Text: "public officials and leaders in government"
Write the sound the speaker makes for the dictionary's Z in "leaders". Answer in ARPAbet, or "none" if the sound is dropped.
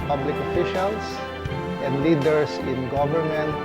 S